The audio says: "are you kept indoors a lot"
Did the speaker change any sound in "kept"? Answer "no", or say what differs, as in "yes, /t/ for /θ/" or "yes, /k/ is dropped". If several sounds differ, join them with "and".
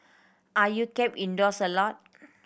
yes, /t/ is dropped